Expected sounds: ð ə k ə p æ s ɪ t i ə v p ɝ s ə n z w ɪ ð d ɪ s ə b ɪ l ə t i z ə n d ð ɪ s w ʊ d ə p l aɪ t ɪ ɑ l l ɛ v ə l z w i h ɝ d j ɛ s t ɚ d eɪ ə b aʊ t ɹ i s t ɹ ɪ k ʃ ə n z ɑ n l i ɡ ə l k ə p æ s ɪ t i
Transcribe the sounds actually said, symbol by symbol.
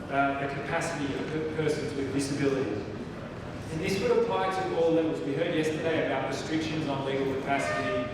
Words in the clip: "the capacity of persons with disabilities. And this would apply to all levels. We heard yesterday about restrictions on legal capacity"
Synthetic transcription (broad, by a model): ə k ə p æ s ɪ t i ə v p ɝ s ə n z w ɪ ð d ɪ s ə b ɪ l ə t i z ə n ð ɪ s w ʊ d ə p l aɪ t ɪ ɑ l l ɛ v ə z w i h ɝ d j ɛ s t ɚ d eɪ ə b aʊ t ɹ i s t ɹ ɪ k ʃ ə n z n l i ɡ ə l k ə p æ s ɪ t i